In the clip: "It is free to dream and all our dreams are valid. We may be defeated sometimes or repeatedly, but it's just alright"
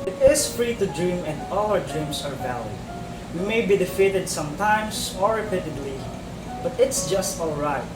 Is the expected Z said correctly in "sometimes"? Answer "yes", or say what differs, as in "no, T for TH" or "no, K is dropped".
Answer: no, S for Z